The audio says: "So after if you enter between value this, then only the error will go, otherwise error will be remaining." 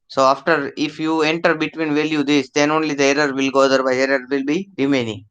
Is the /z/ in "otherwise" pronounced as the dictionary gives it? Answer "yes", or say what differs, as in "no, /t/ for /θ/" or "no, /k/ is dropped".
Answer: no, /z/ is dropped